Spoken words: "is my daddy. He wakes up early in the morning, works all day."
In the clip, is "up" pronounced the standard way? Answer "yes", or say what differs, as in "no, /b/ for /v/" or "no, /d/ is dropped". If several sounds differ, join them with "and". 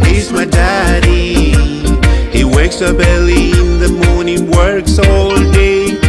no, /b/ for /p/